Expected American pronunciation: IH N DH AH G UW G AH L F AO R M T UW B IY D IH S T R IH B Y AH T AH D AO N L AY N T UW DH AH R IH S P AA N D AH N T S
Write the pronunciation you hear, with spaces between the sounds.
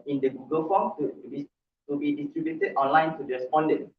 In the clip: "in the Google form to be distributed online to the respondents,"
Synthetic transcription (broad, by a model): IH N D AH G UW G AH L F AO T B T UW B IY D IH S T R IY B Y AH T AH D AO N L AY N T UW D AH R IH S P AA N D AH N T